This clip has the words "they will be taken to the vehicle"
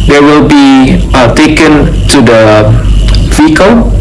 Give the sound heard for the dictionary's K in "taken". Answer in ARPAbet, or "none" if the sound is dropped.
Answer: K